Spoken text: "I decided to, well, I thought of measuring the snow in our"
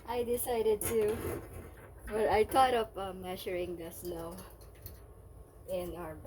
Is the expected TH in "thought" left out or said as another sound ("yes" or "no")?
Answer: yes